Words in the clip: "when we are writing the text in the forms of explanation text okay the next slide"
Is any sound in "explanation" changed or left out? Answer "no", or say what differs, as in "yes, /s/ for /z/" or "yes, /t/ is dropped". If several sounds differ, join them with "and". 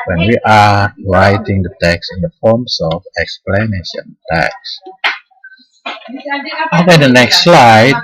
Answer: no